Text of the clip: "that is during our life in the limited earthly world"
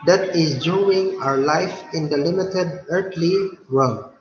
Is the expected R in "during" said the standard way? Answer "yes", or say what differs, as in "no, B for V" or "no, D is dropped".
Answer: no, R is dropped